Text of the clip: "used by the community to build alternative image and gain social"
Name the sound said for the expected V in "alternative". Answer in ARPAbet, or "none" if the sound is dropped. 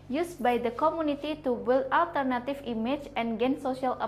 F